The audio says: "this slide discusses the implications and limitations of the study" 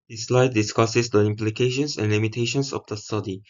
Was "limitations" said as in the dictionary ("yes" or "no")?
no